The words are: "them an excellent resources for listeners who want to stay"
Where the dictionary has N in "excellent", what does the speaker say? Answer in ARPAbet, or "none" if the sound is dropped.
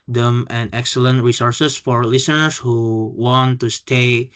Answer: N